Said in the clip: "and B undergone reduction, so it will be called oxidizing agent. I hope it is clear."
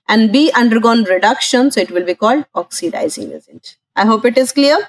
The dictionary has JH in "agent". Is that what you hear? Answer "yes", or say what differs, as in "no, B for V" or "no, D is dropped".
no, Z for JH